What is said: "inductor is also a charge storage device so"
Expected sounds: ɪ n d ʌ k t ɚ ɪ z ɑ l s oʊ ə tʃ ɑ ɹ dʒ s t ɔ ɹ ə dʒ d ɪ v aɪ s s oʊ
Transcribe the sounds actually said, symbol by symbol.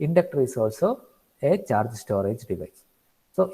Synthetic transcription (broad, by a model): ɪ n d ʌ k t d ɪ s ɑ l s oʊ ə tʃ ɑ ɹ dʒ s t ɔ ɹ ə dʒ d ɪ v aɪ s s oʊ